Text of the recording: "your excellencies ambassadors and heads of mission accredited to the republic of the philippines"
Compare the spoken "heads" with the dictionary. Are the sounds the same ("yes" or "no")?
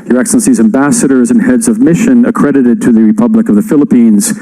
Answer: yes